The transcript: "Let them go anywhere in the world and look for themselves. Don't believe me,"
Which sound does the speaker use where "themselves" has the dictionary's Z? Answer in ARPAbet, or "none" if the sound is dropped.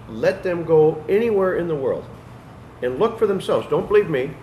Z